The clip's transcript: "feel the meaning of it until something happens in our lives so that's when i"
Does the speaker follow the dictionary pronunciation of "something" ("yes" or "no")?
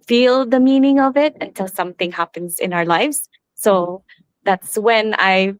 yes